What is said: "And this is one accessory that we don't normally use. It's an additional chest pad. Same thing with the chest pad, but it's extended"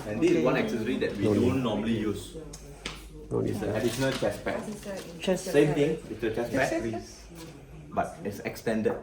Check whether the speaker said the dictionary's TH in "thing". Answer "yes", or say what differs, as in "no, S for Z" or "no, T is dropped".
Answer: no, T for TH